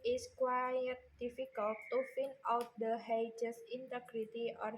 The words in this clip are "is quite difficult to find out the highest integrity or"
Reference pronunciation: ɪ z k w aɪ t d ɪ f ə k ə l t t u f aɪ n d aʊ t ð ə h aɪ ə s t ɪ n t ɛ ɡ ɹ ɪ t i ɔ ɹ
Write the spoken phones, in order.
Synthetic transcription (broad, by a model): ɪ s k w aɪ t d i f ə k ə l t t u f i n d aʊ t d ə h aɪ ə s ɪ n t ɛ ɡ ɹ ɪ t i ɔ ɹ